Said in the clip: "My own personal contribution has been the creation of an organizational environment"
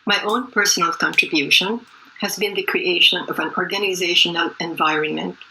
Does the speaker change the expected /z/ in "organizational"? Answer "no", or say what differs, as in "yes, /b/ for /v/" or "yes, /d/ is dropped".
no